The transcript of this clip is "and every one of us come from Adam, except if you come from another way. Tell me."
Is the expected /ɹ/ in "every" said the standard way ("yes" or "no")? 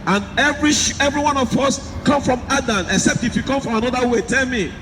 yes